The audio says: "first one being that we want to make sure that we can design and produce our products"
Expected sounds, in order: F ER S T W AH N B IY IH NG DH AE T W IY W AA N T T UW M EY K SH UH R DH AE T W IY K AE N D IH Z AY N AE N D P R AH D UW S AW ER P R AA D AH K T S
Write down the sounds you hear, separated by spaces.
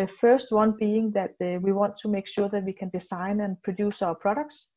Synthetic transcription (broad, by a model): F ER S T W AH N B IY IH NG DH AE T W IY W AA N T T UW M EY K SH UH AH DH AE T W IY K AE N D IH S AY N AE N P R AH D UW S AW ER P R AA D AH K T S